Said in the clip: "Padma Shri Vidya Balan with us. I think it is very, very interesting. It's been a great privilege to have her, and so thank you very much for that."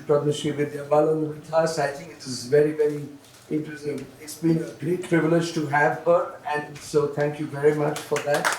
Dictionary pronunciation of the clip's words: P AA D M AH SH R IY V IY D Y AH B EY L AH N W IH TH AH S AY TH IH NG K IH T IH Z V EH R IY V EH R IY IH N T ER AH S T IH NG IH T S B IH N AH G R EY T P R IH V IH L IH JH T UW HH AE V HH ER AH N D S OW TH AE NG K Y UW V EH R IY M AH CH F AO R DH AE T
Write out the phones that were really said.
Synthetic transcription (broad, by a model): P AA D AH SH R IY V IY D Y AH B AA L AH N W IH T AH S AY T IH NG K IH T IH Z V EH R IY V EH R IY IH T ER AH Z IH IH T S B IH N AH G R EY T P R IH V IH L IH JH T UW HH AE V HH ER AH N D S OW T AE NG K Y UW V EH R IY M AH CH F AO R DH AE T